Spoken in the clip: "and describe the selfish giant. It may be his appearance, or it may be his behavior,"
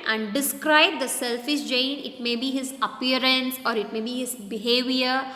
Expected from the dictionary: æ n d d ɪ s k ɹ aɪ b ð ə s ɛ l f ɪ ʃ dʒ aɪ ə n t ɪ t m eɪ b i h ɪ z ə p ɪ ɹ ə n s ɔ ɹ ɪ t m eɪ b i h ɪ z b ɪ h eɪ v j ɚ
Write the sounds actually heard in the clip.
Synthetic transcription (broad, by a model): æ n d d ɪ s k ɹ aɪ b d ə s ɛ l f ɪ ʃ dʒ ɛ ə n ɪ t m eɪ b i h ɪ z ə p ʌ ɹ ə n s ɔ ɹ ɪ t m eɪ b i h ɪ z b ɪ h eɪ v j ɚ